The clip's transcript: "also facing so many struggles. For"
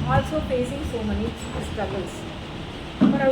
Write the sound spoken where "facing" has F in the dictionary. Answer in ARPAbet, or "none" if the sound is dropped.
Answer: P